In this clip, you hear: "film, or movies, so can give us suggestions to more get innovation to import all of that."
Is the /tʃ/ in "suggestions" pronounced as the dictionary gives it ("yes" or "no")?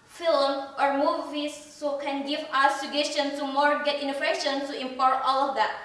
no